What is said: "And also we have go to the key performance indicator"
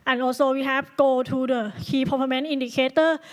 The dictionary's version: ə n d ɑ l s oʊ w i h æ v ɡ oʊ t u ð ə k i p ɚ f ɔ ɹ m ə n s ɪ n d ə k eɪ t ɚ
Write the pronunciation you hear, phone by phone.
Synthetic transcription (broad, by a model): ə n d ɑ l s oʊ w i h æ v ɡ oʊ t u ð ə k i p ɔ p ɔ m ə n i n d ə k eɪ t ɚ